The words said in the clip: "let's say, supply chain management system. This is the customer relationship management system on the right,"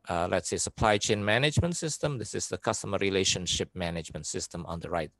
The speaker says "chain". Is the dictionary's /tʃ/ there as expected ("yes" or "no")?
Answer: yes